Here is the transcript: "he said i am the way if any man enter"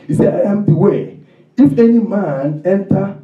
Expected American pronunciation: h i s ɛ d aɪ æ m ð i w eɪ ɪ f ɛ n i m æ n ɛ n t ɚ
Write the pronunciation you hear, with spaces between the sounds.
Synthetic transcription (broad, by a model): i s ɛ aɪ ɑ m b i w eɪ ɪ f ɛ n i m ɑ n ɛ n t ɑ